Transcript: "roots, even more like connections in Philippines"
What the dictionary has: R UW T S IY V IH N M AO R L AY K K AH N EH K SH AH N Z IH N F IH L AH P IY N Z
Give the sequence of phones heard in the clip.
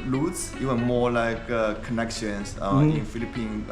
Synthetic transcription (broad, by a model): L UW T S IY W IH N M AO L AY K K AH N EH K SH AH N S IH N F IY L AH P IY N